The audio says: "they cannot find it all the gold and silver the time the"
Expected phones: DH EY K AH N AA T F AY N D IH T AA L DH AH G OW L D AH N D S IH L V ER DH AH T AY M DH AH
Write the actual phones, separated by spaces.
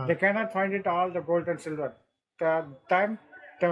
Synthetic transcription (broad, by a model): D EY K AH N AA T F AY N D IH T AA L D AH G OW L D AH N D S IH L V ER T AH T AY M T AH